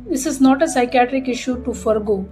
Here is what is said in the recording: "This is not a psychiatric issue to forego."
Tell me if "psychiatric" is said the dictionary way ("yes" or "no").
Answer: yes